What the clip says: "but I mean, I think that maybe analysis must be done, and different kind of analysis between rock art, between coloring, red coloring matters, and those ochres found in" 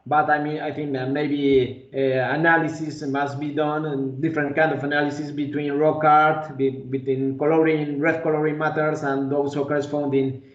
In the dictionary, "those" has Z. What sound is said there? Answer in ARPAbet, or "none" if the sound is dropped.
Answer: S